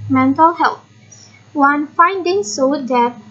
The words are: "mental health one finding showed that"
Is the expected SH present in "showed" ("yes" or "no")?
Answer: no